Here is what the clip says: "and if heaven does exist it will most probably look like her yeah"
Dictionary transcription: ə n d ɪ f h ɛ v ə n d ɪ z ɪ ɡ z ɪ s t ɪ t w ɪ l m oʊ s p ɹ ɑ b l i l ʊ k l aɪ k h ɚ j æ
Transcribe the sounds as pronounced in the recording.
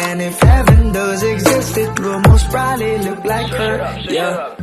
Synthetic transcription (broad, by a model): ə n ɪ f h ɛ v ə n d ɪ z ɪ ɡ z ɪ s t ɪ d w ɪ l m oʊ s b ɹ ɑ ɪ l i l ʊ k l aɪ k h ɚ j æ